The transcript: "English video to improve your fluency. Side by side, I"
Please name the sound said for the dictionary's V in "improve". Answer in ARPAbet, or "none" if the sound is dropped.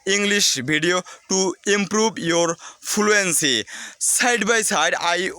B